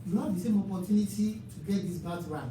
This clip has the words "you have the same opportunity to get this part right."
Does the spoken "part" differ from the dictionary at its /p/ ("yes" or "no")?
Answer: yes